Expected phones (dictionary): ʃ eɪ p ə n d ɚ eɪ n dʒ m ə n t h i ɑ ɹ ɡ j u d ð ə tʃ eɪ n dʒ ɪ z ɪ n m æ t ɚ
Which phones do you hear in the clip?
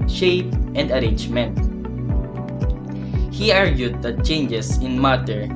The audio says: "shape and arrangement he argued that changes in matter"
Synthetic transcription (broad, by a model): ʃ eɪ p ə n d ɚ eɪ n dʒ m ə n t h i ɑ ɹ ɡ j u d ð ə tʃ eɪ n dʒ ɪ s ɪ n m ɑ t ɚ